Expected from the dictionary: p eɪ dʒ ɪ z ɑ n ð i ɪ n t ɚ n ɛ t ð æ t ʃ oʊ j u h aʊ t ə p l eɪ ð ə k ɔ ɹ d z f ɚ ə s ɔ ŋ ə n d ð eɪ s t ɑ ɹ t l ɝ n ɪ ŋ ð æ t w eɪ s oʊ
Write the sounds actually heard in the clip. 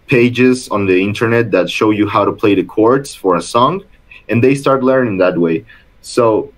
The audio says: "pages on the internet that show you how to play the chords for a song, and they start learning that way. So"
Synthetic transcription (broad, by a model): p eɪ dʒ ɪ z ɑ n ð i ɪ n t ɚ n ɛ t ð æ t ʃ oʊ j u h aʊ t ə p l eɪ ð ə k ɔ ɹ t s f ɚ ə s ɔ ŋ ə n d ð eɪ s t ɑ ɹ t l ɝ n ɪ ŋ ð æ t w eɪ s oʊ